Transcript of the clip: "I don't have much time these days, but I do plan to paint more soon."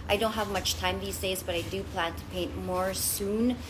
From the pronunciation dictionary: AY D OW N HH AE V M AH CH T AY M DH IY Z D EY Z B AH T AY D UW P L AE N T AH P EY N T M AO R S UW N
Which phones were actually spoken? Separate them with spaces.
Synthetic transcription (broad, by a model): AY D OW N HH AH V M AH CH T AY M DH IY Z D EY Z B AH T AY D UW P L AE N T AH P EY N T M AO R S UW N